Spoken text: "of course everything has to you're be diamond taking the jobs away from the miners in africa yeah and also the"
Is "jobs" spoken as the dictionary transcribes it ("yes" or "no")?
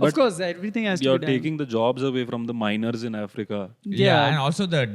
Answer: yes